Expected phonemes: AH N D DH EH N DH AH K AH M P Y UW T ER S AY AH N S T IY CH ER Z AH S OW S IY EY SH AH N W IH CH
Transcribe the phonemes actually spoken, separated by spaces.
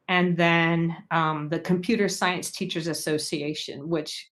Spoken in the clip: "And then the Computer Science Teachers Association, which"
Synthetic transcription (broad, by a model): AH N DH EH N DH AH K AH M P Y UW T ER S AY AH N S T IY CH ER Z AH S OW S IY EY SH AH N W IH CH